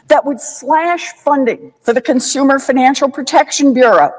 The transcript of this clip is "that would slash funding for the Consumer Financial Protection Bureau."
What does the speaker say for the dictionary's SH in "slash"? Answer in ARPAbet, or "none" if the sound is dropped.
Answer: SH